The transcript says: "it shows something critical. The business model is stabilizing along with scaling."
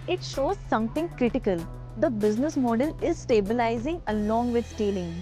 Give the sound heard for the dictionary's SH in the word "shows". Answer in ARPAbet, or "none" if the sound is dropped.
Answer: SH